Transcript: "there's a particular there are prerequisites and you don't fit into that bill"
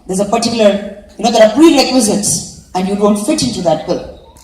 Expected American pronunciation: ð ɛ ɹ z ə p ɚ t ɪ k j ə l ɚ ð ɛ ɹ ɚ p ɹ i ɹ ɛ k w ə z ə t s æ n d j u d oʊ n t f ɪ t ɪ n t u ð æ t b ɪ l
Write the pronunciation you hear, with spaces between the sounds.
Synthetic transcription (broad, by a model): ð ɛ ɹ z ə p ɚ t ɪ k j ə l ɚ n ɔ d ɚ f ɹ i ɹ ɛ k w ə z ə t s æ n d j u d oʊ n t f ɪ t ɪ n t u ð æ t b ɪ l